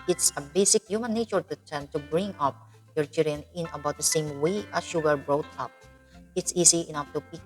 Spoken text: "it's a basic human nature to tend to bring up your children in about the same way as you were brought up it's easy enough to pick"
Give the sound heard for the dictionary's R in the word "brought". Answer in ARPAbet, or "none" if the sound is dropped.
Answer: R